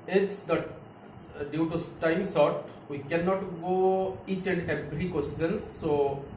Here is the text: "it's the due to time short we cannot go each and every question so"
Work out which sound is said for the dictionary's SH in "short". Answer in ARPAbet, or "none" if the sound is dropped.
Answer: S